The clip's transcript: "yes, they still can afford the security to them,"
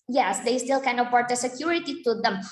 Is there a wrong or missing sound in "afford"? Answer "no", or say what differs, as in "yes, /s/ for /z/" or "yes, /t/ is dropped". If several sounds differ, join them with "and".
yes, /p/ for /f/